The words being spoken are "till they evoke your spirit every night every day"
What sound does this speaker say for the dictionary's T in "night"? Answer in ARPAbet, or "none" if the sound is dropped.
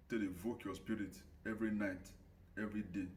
T